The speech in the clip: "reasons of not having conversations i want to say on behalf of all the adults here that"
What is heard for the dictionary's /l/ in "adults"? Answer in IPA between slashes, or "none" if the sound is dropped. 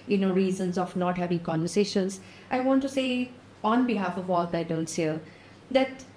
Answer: /n/